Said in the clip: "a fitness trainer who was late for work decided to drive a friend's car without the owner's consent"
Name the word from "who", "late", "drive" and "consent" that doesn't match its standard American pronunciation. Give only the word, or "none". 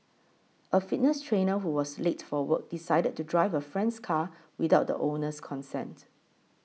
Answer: none